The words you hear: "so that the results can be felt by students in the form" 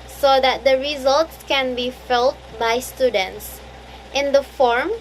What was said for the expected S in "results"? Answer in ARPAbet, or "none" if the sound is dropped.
S